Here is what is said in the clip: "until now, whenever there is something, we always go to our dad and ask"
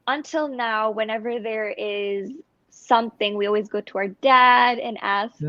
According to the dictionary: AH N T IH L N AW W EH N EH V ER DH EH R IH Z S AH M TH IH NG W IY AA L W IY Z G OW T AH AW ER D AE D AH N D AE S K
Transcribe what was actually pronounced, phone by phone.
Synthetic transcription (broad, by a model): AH N T IH L N AW W EH N EH V ER DH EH R IH Z S AH M TH IH NG W IY AA L W IY Z G OW T AH AW ER D AE D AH N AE S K